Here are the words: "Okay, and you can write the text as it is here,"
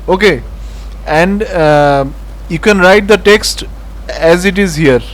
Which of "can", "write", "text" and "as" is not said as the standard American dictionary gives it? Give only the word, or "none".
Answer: none